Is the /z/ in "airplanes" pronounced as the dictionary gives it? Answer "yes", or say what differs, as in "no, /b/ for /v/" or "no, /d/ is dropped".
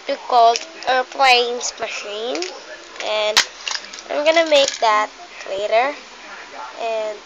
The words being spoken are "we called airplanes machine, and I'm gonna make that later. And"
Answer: no, /s/ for /z/